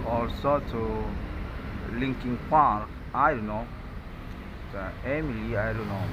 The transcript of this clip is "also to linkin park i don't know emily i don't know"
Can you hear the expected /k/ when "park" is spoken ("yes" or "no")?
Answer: no